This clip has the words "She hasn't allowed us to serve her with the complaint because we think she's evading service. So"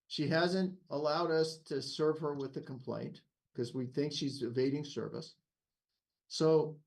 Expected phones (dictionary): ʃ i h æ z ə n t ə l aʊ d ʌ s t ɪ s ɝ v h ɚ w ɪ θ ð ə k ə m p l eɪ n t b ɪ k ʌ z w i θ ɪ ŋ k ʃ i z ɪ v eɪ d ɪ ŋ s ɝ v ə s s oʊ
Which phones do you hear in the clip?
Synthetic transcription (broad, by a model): ʃ i h æ z ə n t ə l aʊ d ʌ s t ɪ s ɝ v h ɚ w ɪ ð ə k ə m p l eɪ n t k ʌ z w i θ ɪ ŋ k ʃ i z ɪ v eɪ d ɪ ŋ s ɝ v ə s s oʊ